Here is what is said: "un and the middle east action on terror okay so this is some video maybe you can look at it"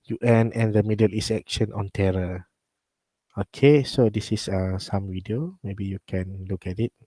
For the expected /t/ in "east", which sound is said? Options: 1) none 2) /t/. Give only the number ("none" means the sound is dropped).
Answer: 1